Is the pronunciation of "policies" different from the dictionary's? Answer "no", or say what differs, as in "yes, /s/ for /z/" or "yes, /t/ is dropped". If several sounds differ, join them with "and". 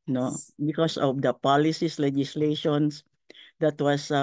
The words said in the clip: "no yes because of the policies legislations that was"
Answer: yes, /s/ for /z/